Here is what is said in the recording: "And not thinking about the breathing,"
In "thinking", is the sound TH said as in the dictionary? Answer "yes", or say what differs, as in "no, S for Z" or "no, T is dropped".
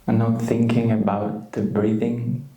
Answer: yes